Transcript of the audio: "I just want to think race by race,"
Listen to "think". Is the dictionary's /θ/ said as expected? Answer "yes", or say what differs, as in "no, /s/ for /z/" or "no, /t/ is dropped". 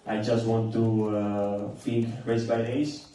no, /f/ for /θ/